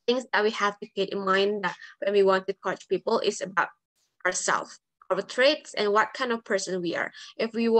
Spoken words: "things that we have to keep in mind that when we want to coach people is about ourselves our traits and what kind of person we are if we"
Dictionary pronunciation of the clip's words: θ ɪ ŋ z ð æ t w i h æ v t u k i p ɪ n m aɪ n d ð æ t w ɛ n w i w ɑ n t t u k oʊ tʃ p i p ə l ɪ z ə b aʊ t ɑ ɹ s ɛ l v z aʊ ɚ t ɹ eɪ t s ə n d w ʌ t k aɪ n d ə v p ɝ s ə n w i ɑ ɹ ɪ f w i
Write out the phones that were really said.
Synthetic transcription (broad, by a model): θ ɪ ŋ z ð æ t w i h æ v t u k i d ɪ n m aɪ n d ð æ t w ɛ n w i w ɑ n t t u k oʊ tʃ p i p ə l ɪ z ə b aʊ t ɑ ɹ s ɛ l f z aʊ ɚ t ɹ eɪ t s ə n w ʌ t k aɪ n d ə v p ɝ s ə n w i ɑ ɹ ɪ f w i